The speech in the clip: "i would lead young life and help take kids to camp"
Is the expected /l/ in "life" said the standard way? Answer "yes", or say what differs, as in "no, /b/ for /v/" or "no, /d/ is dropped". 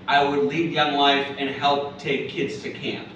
no, /w/ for /l/